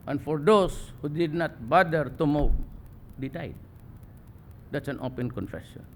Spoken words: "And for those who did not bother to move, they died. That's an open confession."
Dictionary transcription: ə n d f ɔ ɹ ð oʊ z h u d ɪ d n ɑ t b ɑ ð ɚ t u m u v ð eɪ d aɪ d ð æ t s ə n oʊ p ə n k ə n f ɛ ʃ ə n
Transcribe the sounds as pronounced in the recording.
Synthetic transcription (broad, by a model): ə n f ɔ ɹ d oʊ s h u d ɪ d n ɑ t b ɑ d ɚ t u m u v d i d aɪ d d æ t s ə n oʊ p ə n k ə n f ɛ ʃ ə n